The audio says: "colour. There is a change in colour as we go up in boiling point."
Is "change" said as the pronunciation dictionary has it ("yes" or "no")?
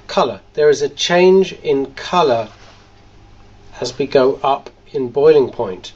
yes